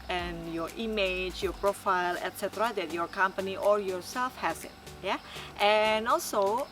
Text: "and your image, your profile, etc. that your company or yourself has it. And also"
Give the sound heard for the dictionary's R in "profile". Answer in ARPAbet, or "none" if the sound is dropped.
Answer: R